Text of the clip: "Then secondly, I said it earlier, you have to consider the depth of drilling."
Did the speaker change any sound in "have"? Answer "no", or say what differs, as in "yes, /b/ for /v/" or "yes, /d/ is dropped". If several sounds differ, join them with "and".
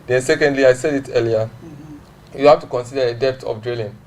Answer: yes, /f/ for /v/